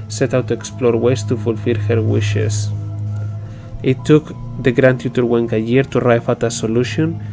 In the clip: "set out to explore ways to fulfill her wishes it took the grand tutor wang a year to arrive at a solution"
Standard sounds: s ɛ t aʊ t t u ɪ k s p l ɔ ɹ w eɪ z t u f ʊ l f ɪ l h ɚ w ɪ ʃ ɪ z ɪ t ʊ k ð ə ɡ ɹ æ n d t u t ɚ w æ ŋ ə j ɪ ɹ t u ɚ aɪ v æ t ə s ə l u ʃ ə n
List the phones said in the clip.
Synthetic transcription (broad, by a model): s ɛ t aʊ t t u ɪ k s p l ɔ ɹ w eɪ s t u f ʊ l f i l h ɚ w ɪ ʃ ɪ s ɪ t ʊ k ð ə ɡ ɹ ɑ n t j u t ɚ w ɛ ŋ ə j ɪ ɹ t u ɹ aɪ f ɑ t ə s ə l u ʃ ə n